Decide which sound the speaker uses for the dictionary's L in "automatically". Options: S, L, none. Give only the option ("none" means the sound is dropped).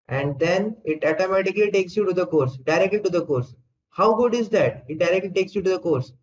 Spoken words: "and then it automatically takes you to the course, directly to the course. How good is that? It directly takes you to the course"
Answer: L